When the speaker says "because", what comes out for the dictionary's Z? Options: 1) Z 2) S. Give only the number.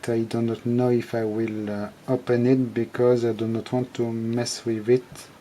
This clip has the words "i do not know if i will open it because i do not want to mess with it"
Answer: 1